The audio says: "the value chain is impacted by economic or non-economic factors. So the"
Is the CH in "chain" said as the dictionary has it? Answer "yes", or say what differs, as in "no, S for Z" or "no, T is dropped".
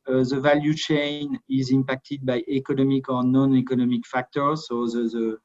yes